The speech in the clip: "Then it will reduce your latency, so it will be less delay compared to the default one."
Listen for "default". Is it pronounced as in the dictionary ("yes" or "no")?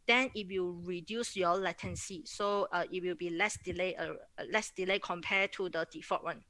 no